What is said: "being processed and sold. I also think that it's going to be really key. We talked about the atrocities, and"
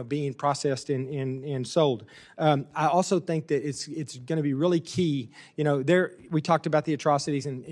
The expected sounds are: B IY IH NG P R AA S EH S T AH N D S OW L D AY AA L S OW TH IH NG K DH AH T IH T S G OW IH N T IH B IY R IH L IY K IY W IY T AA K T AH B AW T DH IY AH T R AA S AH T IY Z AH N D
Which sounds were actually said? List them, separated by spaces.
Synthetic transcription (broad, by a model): B IY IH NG P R AA S EH S T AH N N S OW L D AY AA L S OW TH IH NG K DH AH T IH T S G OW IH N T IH B IY R IH L IY K IY W IY T AA K T AH B AW T DH IY AH T R AA S AH T IY Z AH N